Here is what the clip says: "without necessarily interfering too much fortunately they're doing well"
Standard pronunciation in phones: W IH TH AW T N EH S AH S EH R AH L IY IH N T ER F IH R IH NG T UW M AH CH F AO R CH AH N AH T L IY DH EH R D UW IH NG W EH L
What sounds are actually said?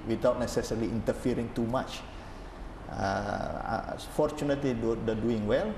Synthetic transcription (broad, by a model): W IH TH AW T N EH S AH S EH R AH L IY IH N T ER F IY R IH NG T UW M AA CH F AO R CH AH N AH T L IY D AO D D UW IH NG W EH L